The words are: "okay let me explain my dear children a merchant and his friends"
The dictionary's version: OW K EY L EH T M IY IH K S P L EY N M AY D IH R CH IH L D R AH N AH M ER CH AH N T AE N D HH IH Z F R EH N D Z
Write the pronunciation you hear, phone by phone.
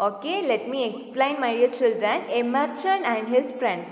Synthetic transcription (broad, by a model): OW K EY L EH T M IY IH K S P L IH N M AY D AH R CH IH L D R AH N AH M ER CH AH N AE N D HH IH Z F R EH N D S